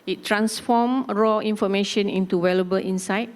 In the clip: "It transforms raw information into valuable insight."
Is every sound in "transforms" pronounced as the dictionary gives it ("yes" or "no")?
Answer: no